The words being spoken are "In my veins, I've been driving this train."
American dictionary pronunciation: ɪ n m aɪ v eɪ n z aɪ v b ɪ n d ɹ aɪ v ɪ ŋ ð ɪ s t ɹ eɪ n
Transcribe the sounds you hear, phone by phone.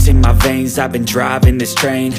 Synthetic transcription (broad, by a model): ɪ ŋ m aɪ v eɪ n z aɪ v b ɪ n d ɹ aɪ v ɪ ŋ ð ɪ s t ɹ eɪ n